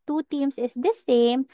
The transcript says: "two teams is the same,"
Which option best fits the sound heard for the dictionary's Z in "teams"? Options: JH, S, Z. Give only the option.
S